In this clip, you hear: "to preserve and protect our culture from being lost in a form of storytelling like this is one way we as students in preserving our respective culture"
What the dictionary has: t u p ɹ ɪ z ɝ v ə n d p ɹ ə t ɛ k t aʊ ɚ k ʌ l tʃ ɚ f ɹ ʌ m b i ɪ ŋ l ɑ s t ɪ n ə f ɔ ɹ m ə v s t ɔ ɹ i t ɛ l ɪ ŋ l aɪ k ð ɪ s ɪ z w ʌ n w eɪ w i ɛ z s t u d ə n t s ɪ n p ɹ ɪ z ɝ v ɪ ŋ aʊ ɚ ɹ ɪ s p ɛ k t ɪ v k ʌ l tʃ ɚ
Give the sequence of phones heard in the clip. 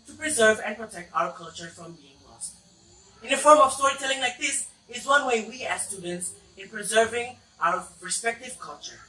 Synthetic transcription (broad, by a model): t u p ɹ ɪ z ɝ v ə n p ɹ ə t ɛ k t aʊ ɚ k ʌ l tʃ ɚ f ɹ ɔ m b i ɪ ŋ l ɑ s t ɪ n ə f ɔ ɹ m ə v s t ɔ ɹ i t ɛ l ɪ ŋ l aɪ k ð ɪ s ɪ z w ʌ n w eɪ w i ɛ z s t u d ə n t s ɪ n p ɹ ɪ z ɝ v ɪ ŋ aʊ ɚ ɹ ɪ s p ɛ k t ɪ v k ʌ l tʃ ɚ